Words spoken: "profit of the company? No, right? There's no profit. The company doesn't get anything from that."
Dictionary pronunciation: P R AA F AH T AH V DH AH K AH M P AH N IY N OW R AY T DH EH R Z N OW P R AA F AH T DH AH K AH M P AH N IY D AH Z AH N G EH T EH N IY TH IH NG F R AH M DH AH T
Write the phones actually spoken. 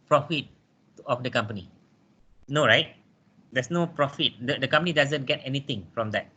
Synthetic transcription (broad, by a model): P R AA F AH T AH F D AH K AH M P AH N IY N OW R AY T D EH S N OW P R AA F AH T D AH K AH M P AH N IY D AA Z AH N G EH T EH N IY T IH NG F R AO M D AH T